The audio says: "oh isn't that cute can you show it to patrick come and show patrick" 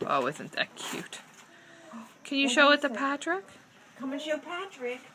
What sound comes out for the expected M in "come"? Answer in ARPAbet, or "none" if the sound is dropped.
M